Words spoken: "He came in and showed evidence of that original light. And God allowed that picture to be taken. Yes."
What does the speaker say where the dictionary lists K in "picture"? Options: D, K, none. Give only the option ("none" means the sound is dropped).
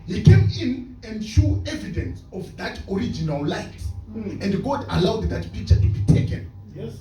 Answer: none